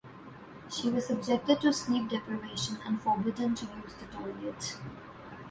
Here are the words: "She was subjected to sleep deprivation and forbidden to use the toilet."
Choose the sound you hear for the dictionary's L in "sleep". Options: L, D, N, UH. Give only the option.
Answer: N